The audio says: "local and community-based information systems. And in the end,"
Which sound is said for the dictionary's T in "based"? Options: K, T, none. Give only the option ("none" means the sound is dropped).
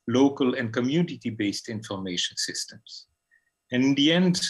T